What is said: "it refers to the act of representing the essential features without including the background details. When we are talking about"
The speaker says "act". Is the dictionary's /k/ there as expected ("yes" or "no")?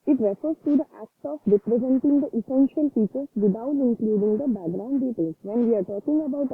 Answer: yes